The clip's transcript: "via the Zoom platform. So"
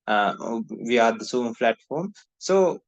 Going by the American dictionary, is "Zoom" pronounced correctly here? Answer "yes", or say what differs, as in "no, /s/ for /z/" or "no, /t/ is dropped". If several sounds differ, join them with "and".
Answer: no, /s/ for /z/